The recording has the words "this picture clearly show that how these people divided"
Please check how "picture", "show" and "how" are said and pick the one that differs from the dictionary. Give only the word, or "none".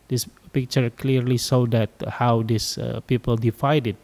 show